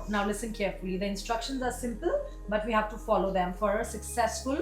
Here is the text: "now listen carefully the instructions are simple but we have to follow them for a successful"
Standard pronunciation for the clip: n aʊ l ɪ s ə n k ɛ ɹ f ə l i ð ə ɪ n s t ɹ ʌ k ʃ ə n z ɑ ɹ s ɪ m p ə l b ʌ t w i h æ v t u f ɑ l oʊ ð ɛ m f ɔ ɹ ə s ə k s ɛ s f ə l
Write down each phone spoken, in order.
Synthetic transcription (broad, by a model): n aʊ l ɪ s ə n k ɛ ɹ f ə l i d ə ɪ n s t ɹ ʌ k ʃ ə n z ɑ ɹ s ɪ m p ə l b ʌ t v i h æ v t u f ɑ l oʊ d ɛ m f ɔ ɹ ə s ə k s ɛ s f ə l